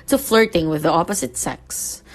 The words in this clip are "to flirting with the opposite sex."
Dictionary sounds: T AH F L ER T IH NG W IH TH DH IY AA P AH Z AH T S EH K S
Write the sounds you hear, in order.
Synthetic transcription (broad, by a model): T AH F L ER T IH NG W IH DH IY AA P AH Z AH T S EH K S